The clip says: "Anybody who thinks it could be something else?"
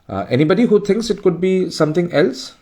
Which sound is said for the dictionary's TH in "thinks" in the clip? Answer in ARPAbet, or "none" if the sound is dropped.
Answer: T